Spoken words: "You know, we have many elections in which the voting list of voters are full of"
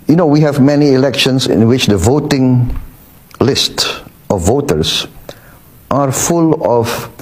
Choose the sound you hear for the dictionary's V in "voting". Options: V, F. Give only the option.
V